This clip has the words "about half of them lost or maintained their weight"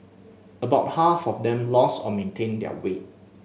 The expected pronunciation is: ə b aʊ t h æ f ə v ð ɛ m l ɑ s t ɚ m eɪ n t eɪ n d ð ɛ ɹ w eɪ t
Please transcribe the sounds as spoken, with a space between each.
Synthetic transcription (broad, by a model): ə b aʊ t h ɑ f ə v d ɛ m l ɑ s ɔ m eɪ n t eɪ n d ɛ w eɪ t